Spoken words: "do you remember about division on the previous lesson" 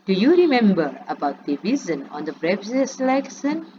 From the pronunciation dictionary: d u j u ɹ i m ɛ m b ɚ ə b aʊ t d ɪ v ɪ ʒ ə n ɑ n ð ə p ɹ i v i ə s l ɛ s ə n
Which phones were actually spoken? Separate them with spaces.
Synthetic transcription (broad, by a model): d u j u ɹ i m ɛ m b ɚ ə b aʊ t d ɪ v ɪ z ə n ɑ n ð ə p ɹ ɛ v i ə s l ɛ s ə n